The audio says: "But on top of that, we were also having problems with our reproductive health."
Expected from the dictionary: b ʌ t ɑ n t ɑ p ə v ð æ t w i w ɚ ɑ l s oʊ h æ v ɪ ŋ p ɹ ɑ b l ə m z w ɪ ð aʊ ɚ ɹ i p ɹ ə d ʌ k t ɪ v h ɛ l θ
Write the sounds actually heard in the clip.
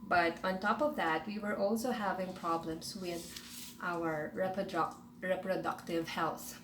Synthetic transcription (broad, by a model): b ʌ t ɑ n t ɑ p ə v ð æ t w i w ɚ ɑ l s oʊ h æ v ɪ ŋ p ɹ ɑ b l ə m s w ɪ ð aʊ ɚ ɹ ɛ p ɹ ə d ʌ k t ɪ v h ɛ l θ